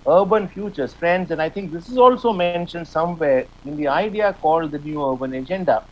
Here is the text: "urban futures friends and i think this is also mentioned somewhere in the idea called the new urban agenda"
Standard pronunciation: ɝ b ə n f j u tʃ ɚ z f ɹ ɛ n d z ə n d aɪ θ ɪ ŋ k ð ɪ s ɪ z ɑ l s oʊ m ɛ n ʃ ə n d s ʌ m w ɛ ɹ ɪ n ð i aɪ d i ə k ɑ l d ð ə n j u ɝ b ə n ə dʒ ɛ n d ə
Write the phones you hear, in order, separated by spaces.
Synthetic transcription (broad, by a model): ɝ b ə n f j u tʃ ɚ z f ɹ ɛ n d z ə n d aɪ t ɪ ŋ k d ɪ s ɪ z ɑ l s oʊ m ɛ n ʃ ə n d s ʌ m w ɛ ɹ ɪ n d i aɪ d i ə k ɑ l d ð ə n j u ɝ b ə n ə dʒ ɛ n d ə